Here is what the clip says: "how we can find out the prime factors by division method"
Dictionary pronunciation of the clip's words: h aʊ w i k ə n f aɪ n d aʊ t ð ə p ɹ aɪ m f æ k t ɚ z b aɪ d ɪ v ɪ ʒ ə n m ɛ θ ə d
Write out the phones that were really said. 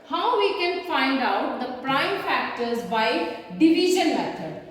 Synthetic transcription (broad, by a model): h aʊ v i k ə n f aɪ n d aʊ t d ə p ɹ aɪ m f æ k t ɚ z b aɪ d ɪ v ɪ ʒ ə n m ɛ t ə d